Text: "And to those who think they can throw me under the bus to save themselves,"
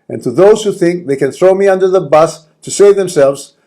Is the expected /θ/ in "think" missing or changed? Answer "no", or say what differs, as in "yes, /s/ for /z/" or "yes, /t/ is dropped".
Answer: no